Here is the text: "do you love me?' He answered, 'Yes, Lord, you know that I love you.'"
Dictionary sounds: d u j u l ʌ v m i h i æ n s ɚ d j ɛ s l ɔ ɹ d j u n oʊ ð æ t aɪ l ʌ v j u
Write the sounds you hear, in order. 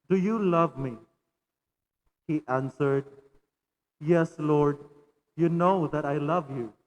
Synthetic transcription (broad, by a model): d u j u l ʌ v m i h i æ n s ɚ d j ɛ s l ɔ ɹ d j u n oʊ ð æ t aɪ l ʌ v j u